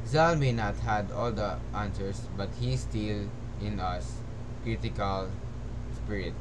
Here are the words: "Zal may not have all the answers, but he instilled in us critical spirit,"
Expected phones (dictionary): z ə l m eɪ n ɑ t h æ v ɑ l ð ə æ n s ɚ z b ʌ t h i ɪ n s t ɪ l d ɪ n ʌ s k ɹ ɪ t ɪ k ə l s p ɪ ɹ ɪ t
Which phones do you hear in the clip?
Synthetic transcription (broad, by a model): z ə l m eɪ n ɑ t h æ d ɑ l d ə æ n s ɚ s b ʌ t h i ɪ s t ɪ l ɪ n ʌ s k ɹ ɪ t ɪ k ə l s p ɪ ɹ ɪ t